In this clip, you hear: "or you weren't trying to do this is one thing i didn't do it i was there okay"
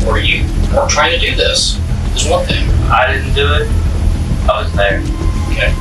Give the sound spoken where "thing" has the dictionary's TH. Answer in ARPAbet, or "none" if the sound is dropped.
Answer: TH